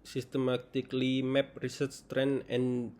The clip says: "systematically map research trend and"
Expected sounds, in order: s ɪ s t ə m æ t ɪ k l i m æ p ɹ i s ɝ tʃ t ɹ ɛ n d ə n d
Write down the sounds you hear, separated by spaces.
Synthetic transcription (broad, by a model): s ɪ s t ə m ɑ t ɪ k l i m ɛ p ɹ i s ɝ s t ɹ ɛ n ə n